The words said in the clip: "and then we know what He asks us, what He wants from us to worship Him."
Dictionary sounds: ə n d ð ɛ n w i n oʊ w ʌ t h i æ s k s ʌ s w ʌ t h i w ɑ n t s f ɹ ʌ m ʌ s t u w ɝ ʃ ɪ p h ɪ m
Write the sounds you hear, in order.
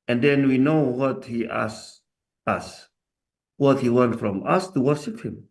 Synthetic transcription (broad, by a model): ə n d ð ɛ n w i n oʊ w ʌ t h i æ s s ʌ s w ʌ t h i w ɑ n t f ɹ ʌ m ʌ s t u w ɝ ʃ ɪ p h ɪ m